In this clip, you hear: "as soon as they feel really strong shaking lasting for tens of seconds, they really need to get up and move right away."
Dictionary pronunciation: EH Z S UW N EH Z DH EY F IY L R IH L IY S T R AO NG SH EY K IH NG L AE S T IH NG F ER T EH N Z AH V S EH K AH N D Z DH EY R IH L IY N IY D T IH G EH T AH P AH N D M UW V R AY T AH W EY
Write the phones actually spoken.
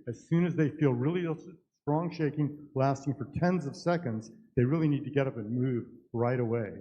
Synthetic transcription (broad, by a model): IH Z S UW N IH Z DH EY F IY L R IH L IY S T R AO NG SH EY K IH NG L AE S T IH NG F ER T EH N Z AH V S EH K AH N D Z DH EY R IH L IY N IY D T IH G EH T AH P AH N M UW V R AY T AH W EY